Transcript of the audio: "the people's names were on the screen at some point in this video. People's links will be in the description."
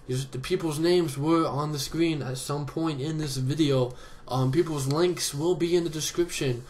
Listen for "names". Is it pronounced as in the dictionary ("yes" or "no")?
yes